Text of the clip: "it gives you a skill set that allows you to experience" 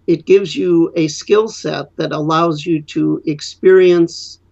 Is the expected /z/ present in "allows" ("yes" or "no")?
yes